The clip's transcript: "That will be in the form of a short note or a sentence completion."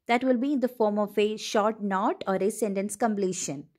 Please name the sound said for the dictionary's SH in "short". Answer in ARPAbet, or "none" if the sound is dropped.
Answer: SH